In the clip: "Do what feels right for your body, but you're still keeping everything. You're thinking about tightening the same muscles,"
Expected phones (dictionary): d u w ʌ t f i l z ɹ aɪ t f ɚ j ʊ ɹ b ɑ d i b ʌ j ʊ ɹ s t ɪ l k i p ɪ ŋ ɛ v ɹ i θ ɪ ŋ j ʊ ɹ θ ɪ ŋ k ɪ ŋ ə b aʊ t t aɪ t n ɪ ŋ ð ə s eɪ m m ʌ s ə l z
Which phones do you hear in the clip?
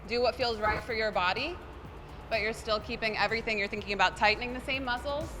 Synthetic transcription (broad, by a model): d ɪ w ʌ t f i l z ɹ aɪ t f ɚ j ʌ ɹ b ɑ d i b ʌ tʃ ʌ ɹ s t ɪ l k i p ɪ ŋ ɛ v ɹ i θ ɪ ŋ j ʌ ɹ θ ɪ ŋ k ɪ ŋ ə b aʊ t t aɪ t n ɪ ŋ ð ə s eɪ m m ʌ s l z